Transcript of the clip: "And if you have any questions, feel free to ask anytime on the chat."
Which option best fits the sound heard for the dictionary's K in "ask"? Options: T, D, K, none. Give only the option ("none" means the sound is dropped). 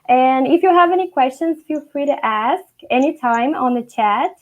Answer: K